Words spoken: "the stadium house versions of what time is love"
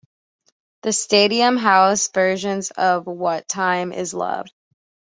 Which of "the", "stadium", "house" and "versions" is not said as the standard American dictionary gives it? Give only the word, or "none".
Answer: none